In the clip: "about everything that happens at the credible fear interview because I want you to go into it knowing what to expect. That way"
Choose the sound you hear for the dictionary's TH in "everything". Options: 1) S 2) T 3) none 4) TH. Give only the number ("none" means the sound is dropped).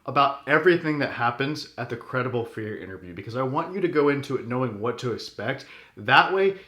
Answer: 4